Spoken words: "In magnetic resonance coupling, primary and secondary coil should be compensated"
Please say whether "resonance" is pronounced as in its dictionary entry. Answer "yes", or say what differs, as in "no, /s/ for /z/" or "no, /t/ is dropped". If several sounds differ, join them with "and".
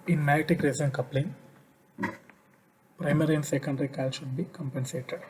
no, /s/ is dropped